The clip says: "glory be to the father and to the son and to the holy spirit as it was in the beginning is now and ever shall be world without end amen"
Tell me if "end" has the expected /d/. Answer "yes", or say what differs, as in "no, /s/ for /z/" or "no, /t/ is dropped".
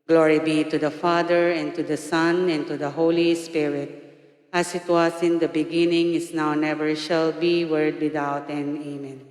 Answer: no, /d/ is dropped